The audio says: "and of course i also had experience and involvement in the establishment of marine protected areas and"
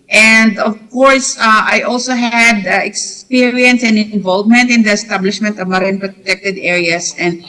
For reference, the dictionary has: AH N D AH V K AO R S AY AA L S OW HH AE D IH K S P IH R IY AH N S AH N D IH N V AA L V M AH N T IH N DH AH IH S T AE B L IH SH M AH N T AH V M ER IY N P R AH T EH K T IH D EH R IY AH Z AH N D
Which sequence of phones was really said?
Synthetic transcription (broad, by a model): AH N D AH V K AO R S AY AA L S OW HH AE D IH K S P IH R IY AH N S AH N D IH N V AA L V M AH N T IH N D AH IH S T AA B L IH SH M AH N T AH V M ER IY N P R AH T EH K T IH D EH R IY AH S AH N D